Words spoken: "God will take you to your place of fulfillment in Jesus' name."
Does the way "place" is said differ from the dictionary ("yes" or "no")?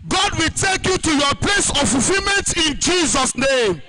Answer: no